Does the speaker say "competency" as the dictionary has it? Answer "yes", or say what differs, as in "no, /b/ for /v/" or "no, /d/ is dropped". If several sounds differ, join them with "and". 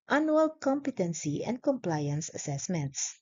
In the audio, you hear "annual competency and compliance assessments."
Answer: yes